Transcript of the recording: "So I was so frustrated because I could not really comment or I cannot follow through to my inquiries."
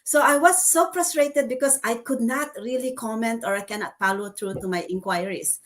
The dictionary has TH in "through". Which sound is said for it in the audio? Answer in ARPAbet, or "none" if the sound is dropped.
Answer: T